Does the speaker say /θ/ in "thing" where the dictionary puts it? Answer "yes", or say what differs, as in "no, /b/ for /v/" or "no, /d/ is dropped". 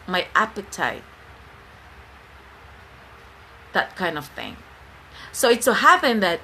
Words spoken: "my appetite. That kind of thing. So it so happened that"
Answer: yes